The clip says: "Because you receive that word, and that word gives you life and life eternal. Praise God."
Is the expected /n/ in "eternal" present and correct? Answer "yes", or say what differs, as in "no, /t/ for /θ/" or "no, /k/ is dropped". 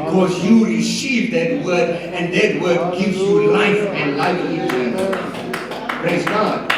no, /n/ is dropped